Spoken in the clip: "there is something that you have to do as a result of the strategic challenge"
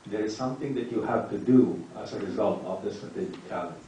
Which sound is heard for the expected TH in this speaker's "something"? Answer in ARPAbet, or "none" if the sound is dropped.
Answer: TH